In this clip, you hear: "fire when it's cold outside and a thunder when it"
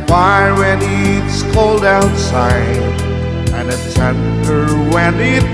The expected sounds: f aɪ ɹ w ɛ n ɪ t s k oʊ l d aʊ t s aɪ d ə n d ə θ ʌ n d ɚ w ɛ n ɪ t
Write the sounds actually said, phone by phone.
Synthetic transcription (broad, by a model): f aɪ w ɛ n ɪ t s k oʊ l d aʊ t s aɪ d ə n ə s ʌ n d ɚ w ɛ n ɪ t